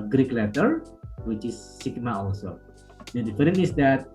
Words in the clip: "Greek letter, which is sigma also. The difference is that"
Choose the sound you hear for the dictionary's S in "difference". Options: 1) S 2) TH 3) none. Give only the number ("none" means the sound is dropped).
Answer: 3